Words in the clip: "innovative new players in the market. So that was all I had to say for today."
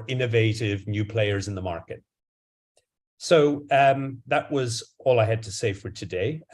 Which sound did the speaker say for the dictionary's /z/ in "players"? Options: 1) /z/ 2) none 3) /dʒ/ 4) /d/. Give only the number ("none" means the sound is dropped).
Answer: 1